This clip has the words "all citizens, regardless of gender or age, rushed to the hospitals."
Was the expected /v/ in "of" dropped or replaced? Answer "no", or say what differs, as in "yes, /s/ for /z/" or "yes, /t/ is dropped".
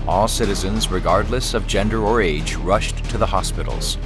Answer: no